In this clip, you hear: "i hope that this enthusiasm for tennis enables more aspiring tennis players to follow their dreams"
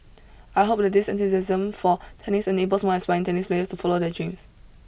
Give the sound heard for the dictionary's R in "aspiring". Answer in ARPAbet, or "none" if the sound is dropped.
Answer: none